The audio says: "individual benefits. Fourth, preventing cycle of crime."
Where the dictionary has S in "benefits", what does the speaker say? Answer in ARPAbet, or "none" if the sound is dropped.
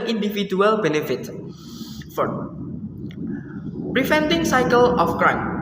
none